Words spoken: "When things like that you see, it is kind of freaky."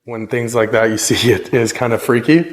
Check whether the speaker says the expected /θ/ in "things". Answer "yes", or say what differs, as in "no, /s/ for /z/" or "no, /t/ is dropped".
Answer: yes